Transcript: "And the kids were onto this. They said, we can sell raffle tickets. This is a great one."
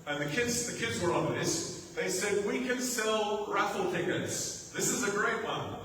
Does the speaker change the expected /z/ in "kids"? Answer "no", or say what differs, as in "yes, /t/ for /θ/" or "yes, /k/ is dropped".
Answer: no